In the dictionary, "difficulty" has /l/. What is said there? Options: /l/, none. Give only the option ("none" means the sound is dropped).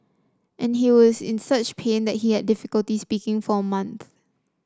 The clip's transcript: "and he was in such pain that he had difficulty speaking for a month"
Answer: /l/